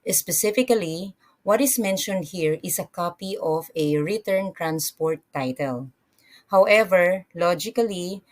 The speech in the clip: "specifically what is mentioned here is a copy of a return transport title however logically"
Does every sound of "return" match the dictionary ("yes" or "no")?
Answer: yes